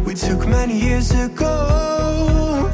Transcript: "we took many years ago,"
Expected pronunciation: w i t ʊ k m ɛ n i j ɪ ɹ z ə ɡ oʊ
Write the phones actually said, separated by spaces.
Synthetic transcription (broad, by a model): w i t ʊ k m ɛ n i j ɪ ɹ z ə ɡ oʊ